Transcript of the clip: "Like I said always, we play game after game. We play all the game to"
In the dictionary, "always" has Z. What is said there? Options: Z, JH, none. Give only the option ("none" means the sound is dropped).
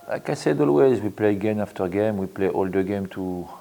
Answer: Z